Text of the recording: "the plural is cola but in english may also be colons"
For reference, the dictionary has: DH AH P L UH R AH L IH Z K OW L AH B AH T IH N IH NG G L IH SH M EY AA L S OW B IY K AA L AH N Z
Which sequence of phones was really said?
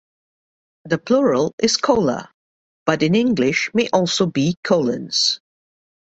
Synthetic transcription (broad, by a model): DH AH P L UH R AH L IH Z K OW L AH B AH T IH N IH NG G L IH SH M EY AA L S OW B IY K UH L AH N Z